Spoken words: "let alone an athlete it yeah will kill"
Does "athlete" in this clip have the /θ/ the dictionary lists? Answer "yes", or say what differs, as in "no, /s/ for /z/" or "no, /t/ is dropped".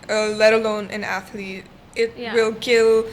yes